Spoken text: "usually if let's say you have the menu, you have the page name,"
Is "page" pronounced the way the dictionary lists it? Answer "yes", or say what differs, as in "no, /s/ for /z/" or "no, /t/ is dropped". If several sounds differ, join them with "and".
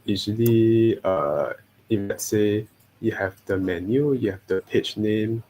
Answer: no, /tʃ/ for /dʒ/